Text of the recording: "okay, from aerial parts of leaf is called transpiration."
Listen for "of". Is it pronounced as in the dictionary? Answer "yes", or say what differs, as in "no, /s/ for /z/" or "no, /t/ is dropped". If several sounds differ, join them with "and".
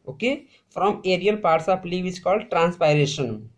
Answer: no, /p/ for /v/